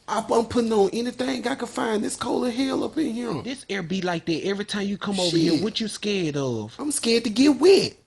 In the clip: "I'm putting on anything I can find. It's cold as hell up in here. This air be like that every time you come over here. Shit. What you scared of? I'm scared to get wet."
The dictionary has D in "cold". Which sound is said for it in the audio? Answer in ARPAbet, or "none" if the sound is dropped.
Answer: none